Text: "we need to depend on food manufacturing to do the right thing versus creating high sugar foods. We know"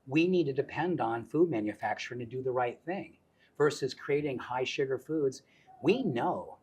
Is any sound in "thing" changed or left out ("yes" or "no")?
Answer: no